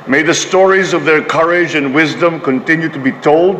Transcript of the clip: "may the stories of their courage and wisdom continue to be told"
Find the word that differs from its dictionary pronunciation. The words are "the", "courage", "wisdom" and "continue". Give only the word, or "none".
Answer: none